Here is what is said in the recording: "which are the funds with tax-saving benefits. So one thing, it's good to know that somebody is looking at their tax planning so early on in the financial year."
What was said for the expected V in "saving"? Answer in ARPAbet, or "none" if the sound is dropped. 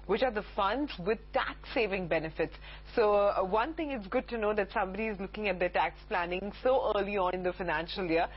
V